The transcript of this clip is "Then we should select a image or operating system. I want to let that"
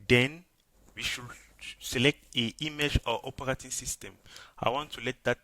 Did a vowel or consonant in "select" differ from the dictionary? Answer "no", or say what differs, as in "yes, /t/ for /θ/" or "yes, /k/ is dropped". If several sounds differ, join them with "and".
no